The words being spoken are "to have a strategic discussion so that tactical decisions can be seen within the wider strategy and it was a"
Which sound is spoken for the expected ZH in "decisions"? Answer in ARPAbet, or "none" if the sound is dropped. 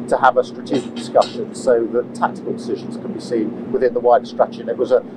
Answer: ZH